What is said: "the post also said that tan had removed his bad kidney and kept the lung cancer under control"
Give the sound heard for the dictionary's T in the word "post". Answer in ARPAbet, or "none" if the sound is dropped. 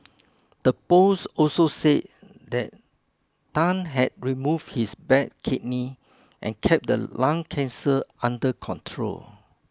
none